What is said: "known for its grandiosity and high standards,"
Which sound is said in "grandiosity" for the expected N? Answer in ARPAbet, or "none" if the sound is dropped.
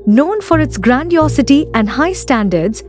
N